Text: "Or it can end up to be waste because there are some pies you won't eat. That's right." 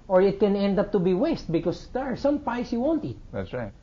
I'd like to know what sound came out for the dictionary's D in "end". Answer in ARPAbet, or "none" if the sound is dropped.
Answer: D